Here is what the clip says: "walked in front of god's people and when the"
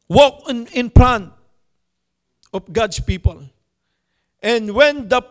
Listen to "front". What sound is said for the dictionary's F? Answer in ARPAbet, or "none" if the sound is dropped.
P